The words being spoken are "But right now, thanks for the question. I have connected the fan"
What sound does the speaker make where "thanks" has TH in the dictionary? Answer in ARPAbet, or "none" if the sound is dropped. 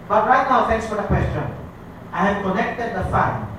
T